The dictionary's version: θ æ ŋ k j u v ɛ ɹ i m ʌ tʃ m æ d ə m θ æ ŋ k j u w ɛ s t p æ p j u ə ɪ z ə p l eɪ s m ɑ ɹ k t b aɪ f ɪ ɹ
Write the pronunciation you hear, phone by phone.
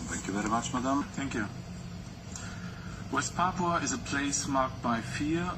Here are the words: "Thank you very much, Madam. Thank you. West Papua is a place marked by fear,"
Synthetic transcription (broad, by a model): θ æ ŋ k j u v ɛ ɹ i m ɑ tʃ m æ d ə m θ æ ŋ k j u w ɛ s t p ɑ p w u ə ɪ z ə p l eɪ s m ɑ ɹ k t b aɪ f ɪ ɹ